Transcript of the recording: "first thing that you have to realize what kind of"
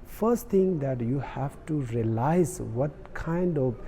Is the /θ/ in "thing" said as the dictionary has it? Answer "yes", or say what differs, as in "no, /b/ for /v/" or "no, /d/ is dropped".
no, /t/ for /θ/